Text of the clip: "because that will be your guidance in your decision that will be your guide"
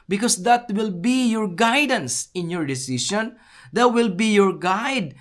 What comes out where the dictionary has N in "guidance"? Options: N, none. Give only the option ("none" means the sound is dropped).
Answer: N